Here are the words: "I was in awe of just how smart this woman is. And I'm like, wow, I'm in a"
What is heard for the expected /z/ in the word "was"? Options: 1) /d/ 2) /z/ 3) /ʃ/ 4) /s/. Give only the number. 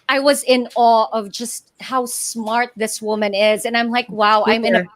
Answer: 2